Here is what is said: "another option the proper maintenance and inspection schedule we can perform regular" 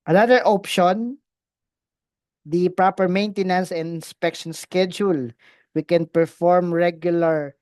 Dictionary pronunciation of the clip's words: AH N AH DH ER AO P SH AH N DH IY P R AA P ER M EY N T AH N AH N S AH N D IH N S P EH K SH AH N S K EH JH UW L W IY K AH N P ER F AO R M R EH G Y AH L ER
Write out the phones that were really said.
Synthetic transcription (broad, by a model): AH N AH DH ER AO P SH AH N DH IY P R AA P ER M EY N T AH N AH N S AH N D IH N S P EH K SH AH N S K EH JH UW L W IY K AH N P ER F AO R M R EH G Y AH L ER